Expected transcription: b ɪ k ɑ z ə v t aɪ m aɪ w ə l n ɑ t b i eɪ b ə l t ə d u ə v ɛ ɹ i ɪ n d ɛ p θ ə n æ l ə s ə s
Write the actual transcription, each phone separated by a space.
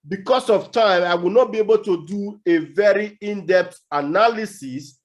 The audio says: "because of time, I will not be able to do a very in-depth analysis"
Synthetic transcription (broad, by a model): b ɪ k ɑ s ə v t aɪ m aɪ w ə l n ɑ t b i eɪ b ə l t ə d u ə v ɛ ɹ i ɪ n d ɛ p t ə n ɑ l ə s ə s